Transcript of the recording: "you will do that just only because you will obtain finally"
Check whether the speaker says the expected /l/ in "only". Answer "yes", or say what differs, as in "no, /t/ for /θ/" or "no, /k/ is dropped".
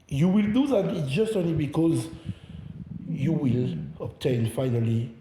yes